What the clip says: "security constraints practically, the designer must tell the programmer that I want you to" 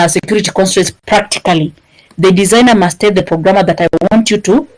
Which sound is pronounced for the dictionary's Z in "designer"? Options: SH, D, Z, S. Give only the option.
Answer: Z